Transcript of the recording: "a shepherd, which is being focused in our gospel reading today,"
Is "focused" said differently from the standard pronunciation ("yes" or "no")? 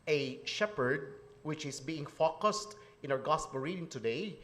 no